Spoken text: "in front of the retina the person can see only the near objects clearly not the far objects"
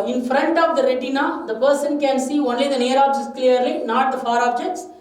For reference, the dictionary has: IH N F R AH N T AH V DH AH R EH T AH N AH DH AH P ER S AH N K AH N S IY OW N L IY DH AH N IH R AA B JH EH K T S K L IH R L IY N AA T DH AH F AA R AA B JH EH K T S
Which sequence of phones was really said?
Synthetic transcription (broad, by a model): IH N F R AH N T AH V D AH R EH T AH N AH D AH P ER S AH N K AH N S IY OW N L IY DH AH N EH R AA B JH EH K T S K L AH R L IY N AA T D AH F AA R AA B JH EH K T S